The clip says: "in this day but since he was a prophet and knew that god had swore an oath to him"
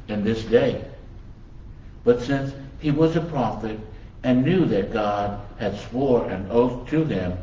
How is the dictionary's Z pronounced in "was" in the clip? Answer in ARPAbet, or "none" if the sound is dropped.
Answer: Z